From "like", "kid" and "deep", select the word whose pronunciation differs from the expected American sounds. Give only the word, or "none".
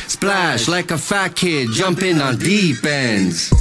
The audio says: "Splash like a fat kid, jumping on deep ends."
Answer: deep